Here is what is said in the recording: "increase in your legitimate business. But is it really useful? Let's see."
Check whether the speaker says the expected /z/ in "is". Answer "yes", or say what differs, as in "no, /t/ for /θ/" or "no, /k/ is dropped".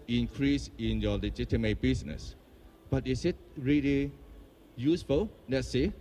no, /s/ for /z/